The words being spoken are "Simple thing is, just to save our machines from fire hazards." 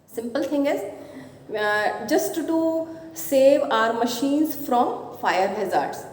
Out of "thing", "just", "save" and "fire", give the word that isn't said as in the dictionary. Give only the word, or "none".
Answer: thing